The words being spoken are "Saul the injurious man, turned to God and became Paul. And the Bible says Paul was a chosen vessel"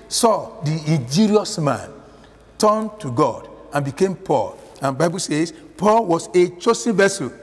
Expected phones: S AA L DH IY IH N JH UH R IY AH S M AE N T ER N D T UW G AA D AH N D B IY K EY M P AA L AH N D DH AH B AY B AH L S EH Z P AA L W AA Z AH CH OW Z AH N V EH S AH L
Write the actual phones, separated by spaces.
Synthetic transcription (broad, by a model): S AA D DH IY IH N JH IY R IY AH S M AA N T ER N T UW G AA D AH N B IY K EY M P AA L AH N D B AY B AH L S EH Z P AA L W AA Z AH CH OW S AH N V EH S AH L